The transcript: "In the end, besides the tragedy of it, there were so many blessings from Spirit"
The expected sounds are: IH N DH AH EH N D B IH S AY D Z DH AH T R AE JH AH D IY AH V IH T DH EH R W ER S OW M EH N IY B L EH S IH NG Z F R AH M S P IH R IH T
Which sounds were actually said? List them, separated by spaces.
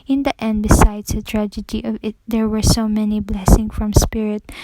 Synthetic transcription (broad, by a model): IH N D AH EH N D B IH S AY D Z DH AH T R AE JH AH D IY AH V IH T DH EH R W ER S OW M EH N IY B L EH S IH NG F R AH M S P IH R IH T